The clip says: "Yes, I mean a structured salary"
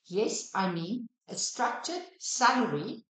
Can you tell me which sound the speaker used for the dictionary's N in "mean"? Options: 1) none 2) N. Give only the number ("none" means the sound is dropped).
1